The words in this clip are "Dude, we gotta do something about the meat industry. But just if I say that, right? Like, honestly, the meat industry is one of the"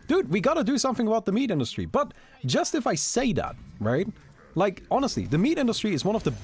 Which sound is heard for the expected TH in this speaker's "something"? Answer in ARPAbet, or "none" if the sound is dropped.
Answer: TH